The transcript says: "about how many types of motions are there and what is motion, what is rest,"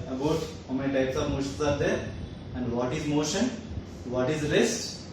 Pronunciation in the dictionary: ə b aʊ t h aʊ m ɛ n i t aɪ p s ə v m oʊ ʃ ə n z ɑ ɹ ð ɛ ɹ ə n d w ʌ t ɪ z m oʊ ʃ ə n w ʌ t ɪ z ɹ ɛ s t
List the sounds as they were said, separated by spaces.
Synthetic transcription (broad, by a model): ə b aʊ t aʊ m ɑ i t aɪ p s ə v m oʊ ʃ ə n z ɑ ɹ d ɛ ɹ ə n d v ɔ t ɪ z m oʊ ʃ ə n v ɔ t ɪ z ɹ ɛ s t